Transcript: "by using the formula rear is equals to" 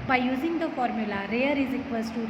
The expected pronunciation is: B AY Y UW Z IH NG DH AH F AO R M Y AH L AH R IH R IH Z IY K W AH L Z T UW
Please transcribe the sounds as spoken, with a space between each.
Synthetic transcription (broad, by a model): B AY Y UW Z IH NG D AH F AO R M Y AH L AH R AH R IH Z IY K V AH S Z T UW